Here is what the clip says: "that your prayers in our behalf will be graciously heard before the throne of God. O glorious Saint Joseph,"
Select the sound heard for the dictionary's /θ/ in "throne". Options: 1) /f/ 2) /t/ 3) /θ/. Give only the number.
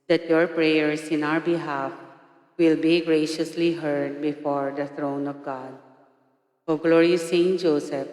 2